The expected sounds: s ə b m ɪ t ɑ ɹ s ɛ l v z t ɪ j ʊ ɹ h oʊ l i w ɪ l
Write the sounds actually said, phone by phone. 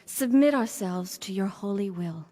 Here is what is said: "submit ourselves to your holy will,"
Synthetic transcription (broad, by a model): s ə b m ɪ t ɑ ɹ s ɛ l v z t ɪ j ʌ ɹ h oʊ l i w ɪ l